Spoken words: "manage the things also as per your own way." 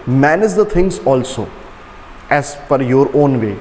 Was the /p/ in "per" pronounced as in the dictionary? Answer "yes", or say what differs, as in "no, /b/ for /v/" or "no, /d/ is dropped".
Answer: no, /f/ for /p/